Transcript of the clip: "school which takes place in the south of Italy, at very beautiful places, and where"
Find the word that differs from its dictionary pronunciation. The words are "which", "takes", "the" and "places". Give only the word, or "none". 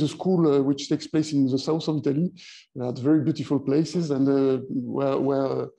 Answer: none